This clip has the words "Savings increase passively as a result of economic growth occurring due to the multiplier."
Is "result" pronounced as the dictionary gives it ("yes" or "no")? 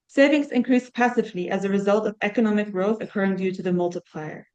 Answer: yes